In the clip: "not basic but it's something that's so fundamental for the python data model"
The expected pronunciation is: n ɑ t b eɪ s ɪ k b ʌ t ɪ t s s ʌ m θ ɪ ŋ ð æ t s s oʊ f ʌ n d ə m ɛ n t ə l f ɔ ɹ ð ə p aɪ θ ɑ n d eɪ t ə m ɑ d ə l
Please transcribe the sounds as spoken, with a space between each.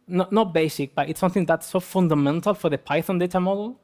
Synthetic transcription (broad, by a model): n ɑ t b eɪ s ɪ k b ʌ t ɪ t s s ʌ m θ ɪ ŋ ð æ t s s oʊ f ʌ n d ə m ɛ n t ə l f ɔ ɹ ð ə p aɪ θ ɑ n d eɪ t ə m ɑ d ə l